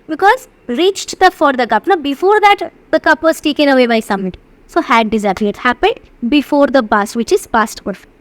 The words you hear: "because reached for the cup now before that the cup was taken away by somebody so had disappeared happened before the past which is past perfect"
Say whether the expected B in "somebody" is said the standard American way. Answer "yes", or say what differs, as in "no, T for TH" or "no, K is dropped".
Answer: no, B is dropped